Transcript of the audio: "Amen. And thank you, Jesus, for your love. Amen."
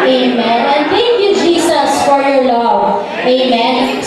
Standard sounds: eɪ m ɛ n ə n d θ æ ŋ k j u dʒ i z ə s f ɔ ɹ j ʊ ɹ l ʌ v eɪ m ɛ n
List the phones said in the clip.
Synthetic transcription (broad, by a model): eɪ m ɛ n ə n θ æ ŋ k j u dʒ i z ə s f ɔ ɹ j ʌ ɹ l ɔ eɪ m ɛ n